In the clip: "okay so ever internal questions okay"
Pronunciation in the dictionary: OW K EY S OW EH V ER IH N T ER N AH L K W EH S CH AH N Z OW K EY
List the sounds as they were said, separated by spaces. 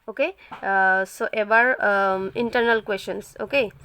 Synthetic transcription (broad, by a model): OW K EY S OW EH B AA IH N T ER N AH L K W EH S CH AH N S OW K EY